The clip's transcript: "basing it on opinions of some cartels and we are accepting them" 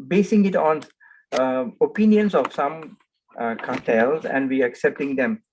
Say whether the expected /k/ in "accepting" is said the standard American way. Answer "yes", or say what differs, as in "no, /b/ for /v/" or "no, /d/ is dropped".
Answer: yes